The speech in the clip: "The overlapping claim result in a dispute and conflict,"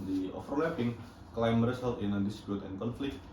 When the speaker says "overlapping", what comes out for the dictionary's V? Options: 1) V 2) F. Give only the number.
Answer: 2